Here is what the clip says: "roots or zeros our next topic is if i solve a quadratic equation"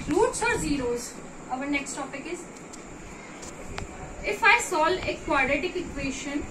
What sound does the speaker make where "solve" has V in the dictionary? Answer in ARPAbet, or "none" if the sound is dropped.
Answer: none